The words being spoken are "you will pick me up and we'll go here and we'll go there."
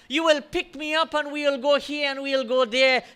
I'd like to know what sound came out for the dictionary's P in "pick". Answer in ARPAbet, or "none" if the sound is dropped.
P